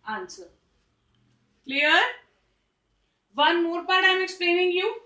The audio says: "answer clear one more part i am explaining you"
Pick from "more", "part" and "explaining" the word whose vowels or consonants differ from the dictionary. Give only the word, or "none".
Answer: part